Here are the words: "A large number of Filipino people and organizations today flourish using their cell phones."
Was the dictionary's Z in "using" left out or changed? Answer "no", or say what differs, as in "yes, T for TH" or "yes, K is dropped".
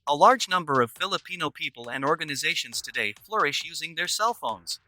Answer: no